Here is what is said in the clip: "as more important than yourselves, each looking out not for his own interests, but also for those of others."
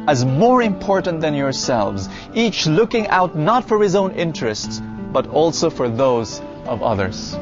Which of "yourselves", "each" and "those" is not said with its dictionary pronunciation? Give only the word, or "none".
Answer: none